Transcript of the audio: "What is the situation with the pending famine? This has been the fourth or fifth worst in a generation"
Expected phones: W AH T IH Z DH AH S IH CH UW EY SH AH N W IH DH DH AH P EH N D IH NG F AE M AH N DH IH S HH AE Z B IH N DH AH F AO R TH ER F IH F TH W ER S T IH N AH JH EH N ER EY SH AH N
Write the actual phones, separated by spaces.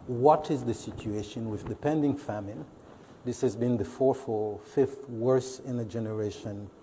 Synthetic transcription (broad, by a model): W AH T IH Z DH AH S IH CH UW EY SH AH N W IH DH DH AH P EH N D IH NG F AE M AH N DH IH S HH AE Z B IH N DH AH F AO R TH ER F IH F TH W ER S IH N AH JH EH N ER EY SH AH N